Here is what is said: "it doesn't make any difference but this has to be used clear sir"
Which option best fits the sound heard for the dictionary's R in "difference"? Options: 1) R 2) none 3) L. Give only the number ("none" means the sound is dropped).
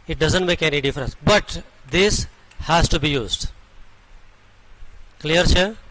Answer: 1